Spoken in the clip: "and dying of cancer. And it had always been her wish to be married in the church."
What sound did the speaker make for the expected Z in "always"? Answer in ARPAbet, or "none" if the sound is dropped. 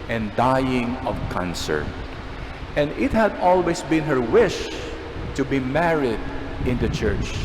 S